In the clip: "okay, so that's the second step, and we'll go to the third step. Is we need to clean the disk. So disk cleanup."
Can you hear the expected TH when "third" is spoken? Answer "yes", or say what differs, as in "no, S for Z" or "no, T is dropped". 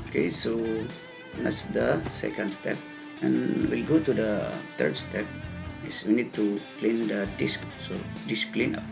no, T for TH